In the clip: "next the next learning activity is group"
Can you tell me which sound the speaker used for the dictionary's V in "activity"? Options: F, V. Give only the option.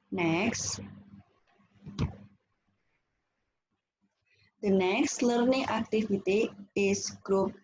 F